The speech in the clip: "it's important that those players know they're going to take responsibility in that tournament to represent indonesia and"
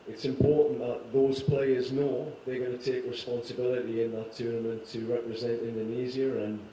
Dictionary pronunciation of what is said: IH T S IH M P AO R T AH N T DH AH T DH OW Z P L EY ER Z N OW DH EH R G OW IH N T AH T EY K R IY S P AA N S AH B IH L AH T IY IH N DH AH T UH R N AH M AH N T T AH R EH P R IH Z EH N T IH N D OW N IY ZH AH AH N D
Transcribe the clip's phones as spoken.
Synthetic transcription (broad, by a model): IH T S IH M P AO R T N DH AH T DH OW Z P L EY ER Z N OW DH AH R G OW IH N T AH T EY K R IY S P AA N S AH B IH L AH T IY IH N DH AH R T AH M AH N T T AH R EH P R IH Z EH N T IH N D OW N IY Z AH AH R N